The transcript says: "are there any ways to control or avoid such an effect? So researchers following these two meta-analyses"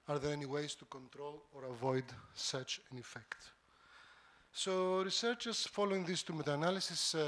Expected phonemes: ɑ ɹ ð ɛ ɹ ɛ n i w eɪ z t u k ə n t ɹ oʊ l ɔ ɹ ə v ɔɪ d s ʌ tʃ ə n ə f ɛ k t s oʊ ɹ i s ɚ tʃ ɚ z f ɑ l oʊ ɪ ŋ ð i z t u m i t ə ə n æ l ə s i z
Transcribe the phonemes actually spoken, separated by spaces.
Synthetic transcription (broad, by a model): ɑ ɹ ð ɛ ɹ ɛ n i w eɪ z t u k ə n t ɹ oʊ l ɔ ɹ ə v ɔɪ d s ʌ tʃ ə n ə f ɛ k t s oʊ ɹ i s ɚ tʃ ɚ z f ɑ l oʊ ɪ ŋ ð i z t u m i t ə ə n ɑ l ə s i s